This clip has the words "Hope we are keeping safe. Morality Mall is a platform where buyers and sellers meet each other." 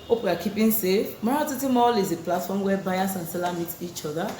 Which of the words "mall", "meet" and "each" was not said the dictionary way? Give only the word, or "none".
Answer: none